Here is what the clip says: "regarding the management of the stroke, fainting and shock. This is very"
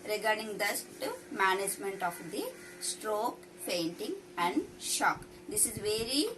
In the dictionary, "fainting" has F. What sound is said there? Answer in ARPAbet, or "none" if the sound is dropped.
P